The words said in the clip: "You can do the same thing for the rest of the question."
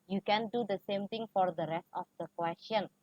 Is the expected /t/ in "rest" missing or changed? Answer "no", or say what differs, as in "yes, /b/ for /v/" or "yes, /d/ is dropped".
no